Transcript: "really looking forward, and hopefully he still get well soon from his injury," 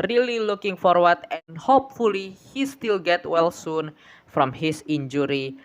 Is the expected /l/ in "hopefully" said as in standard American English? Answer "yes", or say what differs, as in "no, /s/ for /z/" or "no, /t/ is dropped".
yes